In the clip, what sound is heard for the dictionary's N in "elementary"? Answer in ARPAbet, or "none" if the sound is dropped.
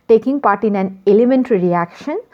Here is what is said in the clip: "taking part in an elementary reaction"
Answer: N